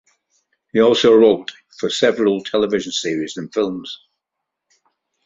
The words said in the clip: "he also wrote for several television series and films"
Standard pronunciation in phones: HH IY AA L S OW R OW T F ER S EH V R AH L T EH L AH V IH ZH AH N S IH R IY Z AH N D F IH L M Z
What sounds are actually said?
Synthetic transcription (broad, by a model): HH IY AA L S OW R OW T F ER S EH V R AH L T EH L AH V IH ZH AH N S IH R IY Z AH N F IH L M Z